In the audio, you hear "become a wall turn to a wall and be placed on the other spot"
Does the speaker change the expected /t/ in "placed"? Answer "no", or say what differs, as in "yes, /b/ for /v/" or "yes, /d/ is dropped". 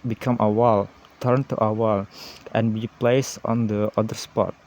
yes, /t/ is dropped